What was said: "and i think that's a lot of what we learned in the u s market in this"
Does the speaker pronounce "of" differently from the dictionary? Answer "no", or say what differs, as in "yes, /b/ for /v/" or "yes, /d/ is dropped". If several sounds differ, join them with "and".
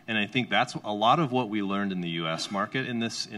no